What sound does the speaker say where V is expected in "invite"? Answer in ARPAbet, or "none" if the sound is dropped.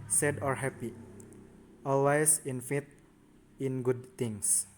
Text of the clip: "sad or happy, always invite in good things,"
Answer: F